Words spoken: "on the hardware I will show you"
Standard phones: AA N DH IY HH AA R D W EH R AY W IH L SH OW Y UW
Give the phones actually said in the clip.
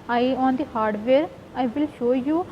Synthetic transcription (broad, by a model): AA N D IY HH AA R D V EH R AY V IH L SH OW Y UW